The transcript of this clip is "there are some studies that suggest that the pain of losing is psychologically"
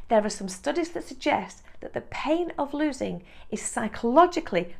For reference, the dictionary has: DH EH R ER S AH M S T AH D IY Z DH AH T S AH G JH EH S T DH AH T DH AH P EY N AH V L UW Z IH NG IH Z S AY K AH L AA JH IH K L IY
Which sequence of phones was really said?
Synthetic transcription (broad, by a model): DH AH R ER S AH M S T AH D IY Z DH AH T S AH G JH EH S T DH AH T DH AH P EY N AH V L UW Z IH NG IH Z S AY K AH L AA JH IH K L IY